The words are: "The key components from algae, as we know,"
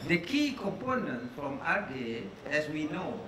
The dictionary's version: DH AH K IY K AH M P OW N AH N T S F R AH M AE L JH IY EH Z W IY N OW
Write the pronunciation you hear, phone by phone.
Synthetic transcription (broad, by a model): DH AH K IY K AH M P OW N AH N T F R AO M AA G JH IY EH S W IY N OW